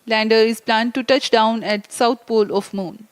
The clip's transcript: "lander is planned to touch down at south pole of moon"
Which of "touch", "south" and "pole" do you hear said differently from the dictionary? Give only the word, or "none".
south